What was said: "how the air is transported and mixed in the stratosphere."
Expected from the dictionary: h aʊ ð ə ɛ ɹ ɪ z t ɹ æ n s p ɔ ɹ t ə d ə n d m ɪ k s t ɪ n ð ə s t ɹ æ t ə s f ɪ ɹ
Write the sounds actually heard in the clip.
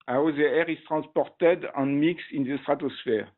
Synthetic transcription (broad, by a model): aʊ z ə ɛ ɹ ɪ s t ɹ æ s p ɔ ɹ t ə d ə n m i k s ɪ n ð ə s t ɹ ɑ t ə s f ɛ ɹ